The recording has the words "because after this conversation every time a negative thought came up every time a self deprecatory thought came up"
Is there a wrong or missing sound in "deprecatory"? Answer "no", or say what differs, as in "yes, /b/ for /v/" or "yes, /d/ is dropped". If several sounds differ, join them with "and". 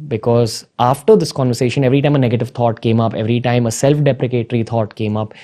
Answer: no